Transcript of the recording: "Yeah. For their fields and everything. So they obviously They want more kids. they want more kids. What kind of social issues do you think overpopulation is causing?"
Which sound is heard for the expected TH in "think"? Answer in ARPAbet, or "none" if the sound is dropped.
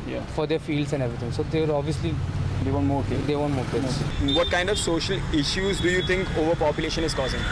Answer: T